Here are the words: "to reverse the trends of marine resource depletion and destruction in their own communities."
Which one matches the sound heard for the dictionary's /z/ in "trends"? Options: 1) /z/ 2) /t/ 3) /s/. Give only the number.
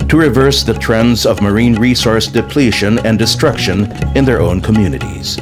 1